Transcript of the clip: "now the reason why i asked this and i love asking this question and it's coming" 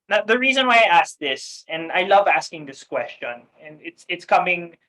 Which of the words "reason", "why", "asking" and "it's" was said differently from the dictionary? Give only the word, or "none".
none